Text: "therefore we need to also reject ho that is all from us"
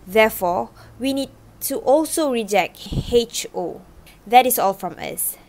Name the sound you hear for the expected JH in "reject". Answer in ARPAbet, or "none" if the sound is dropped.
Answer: JH